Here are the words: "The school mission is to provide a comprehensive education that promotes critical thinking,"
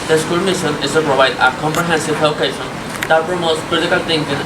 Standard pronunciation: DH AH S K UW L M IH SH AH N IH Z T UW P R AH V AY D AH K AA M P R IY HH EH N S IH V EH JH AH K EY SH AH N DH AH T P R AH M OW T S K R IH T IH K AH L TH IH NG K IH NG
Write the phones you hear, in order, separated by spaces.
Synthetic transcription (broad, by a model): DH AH S K UW L M IH SH AH N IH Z T UW P R AH V AY D AH K AA M P R IY HH EH N S IH V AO AH K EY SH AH N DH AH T P R AH M OW T S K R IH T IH K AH L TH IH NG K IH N